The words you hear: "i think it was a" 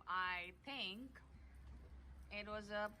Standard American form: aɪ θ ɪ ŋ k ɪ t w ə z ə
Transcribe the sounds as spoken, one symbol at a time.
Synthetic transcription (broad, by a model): aɪ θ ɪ ŋ k ɪ t w ə z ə